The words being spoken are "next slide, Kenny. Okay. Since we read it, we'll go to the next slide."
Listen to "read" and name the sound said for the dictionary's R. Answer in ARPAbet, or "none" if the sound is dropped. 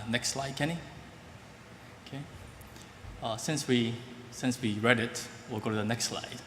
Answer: R